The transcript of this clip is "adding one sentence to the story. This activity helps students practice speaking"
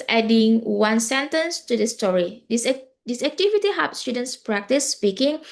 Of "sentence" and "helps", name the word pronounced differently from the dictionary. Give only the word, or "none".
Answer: helps